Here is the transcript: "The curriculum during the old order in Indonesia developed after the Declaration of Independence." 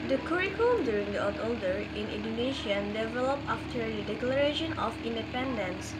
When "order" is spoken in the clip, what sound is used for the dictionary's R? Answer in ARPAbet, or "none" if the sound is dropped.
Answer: L